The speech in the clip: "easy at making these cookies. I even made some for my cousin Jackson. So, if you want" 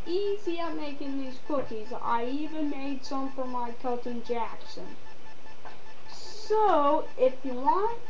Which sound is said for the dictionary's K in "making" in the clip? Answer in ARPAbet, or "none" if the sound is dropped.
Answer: K